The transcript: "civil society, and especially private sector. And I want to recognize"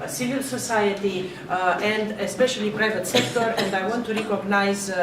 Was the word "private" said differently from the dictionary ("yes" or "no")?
no